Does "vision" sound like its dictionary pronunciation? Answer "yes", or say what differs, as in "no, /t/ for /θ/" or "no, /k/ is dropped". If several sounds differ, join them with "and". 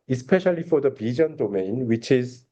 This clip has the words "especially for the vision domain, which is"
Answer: no, /b/ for /v/